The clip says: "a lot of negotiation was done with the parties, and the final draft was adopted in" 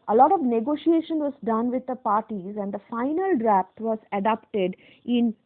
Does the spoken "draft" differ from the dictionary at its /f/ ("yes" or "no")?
yes